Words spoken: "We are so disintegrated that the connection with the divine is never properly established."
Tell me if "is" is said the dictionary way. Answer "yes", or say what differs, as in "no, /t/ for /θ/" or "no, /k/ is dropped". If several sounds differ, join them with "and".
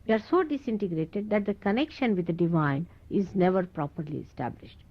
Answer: yes